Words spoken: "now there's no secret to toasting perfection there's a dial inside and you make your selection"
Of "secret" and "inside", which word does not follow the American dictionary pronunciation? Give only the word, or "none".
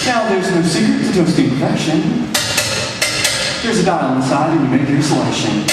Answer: inside